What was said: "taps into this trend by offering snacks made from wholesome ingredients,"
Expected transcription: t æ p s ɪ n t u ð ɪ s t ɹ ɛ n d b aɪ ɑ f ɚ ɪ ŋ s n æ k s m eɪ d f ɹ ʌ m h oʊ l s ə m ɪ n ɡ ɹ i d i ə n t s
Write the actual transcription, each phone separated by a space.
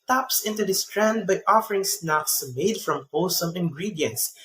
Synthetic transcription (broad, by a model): t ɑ p s ɪ n t u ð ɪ s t ɹ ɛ n d b aɪ ɑ f ɚ ɪ ŋ s n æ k s m eɪ d f ɹ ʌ m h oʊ s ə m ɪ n ɡ ɹ i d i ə n t s